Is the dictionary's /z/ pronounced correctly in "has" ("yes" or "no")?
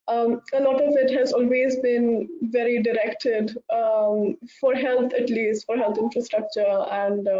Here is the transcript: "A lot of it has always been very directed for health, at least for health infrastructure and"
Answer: yes